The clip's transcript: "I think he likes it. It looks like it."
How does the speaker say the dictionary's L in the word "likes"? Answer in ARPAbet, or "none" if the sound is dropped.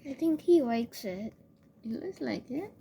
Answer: W